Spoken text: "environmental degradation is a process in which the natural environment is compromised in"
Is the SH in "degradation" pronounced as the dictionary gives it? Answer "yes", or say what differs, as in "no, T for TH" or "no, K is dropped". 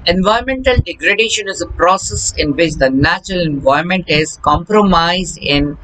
yes